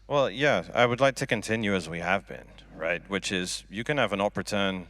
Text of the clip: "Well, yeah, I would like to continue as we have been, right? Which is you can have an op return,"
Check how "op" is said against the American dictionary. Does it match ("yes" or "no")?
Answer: yes